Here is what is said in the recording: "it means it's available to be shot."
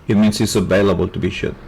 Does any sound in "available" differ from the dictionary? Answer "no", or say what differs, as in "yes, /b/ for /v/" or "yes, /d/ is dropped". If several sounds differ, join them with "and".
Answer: no